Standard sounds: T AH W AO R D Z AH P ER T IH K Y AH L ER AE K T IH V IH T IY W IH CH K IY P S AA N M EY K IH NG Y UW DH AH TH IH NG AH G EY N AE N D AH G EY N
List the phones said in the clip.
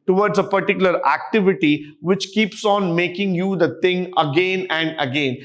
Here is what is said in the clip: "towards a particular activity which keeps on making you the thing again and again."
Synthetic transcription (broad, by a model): T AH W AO R D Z AH P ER T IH K Y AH L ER AE K T IH V IH T IY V IH CH K IY P S AA N M EY K IH NG Y UW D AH T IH NG AH G EY N AE N D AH G EY N